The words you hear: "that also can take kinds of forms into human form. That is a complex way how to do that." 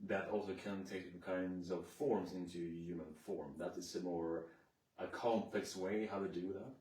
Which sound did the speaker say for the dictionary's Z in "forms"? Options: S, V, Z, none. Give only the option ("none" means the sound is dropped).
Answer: Z